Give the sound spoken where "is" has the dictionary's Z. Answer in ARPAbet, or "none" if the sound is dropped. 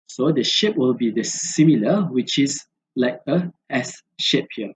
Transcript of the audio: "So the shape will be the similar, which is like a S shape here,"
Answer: S